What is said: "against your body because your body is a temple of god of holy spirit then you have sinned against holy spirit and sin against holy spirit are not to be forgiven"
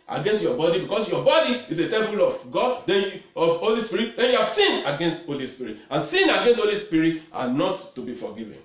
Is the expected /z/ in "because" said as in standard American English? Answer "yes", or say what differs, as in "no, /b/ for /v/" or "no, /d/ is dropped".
no, /s/ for /z/